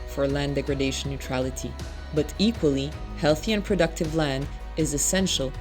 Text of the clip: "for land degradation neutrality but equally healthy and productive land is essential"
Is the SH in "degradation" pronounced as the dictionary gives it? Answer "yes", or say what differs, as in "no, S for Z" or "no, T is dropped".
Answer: no, SH is dropped